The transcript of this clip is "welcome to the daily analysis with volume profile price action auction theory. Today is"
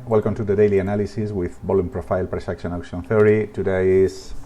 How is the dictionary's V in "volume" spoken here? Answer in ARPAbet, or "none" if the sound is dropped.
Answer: B